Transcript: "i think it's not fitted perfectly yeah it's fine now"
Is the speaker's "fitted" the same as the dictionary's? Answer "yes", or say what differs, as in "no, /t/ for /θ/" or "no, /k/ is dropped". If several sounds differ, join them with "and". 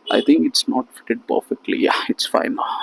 yes